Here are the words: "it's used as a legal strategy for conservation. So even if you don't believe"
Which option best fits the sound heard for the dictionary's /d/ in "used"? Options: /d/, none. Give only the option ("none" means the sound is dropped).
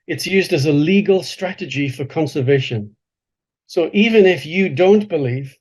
/d/